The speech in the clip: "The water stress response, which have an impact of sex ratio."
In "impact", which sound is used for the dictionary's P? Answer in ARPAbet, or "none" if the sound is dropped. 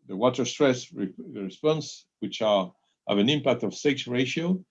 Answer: P